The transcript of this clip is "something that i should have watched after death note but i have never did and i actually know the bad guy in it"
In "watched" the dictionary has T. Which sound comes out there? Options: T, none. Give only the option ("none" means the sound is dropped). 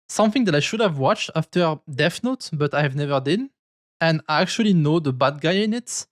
T